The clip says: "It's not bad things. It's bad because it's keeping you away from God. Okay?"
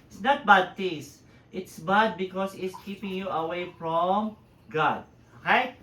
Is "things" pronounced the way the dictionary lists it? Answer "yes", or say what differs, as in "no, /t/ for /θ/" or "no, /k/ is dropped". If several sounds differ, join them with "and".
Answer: no, /t/ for /θ/